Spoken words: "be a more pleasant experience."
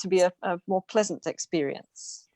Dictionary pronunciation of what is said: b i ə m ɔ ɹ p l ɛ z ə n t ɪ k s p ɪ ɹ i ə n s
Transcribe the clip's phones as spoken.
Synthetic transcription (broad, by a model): b i ə m ɔ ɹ p l ɛ z ə n t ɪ k s p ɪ ɹ i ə n s